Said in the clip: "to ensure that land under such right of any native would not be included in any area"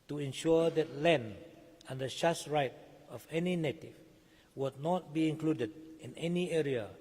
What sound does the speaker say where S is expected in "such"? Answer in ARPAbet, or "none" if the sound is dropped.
SH